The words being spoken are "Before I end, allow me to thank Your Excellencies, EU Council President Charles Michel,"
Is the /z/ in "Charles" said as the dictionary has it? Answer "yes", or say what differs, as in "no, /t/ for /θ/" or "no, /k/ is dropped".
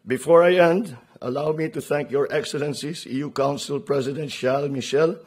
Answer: no, /z/ is dropped